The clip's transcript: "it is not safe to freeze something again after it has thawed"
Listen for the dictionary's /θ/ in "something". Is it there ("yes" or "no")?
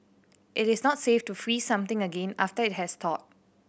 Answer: no